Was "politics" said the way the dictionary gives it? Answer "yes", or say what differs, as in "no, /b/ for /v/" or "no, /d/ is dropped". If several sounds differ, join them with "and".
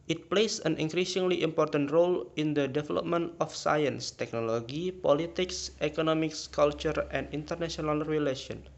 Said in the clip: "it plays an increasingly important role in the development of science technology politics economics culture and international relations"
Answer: yes